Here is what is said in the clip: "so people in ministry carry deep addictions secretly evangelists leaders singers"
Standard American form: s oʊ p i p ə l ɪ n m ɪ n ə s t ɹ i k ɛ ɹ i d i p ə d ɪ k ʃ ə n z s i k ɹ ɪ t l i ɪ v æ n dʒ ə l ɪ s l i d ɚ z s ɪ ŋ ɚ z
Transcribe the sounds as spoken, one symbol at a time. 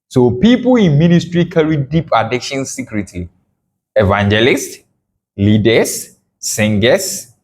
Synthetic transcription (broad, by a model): s oʊ p i p ə l ɪ n m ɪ n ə s t ɹ i k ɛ ɹ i d i p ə d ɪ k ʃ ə n s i k ɹ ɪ t i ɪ v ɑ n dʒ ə l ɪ s l i d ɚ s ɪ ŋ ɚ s